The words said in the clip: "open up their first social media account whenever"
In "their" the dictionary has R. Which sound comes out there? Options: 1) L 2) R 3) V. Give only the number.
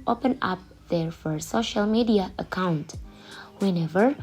2